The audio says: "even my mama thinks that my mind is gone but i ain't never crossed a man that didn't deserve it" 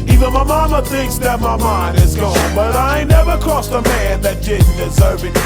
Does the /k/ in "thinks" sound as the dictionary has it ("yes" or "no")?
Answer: yes